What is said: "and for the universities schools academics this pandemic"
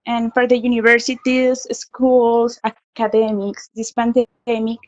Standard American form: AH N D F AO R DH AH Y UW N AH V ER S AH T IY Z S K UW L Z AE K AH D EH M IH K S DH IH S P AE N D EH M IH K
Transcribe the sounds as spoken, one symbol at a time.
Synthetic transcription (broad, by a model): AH N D F AO R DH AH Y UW N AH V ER S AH T IY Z S K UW L S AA K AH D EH M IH K S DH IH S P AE N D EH M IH K